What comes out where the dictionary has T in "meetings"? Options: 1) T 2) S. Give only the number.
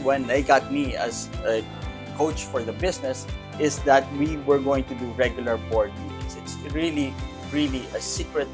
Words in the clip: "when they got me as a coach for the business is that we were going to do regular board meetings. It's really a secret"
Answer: 2